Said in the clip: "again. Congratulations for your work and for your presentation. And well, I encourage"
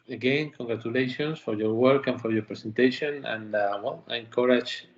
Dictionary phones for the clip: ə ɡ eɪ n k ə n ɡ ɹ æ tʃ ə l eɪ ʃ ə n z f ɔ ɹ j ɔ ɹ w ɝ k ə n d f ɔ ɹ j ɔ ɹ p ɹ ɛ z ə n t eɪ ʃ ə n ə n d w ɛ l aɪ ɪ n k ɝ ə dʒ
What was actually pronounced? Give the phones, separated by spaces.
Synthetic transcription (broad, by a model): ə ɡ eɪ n k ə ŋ ɡ ɹ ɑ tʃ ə l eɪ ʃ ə n s f ɔ ɹ j ɔ ɹ w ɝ k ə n f ɔ ɹ j ɔ ɹ p ɹ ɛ s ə n t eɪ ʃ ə n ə n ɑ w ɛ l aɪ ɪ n k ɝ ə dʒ